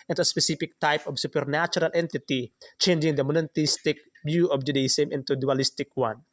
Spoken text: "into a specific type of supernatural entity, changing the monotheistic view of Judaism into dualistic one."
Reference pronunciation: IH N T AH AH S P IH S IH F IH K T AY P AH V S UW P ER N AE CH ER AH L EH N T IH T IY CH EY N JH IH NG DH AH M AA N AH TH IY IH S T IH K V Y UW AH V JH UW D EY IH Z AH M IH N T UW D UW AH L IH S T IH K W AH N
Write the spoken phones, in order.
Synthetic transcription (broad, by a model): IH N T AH AH S P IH S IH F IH K T AY P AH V S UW P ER N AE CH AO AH L EH N T IH T IY CH EY N JH IH NG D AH M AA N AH T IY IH S T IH K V Y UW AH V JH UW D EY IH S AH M IH N T UW D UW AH L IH S T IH K W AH N